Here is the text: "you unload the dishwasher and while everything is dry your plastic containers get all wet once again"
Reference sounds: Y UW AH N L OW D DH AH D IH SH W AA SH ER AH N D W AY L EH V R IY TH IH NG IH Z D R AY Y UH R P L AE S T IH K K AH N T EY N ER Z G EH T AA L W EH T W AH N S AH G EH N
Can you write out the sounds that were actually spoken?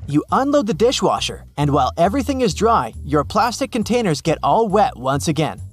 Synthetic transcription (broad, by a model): Y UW AH N L OW D DH AH D IH SH W AA SH ER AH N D W AY L EH V R IY TH IH NG IH Z D R AY Y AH R P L AE S T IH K K AH N T EY N ER Z G EH T AA L W EH T W AH N S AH G EH N